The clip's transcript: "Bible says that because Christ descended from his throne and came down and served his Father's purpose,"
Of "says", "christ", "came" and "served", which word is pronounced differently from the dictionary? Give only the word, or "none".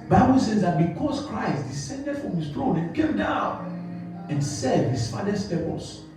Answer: served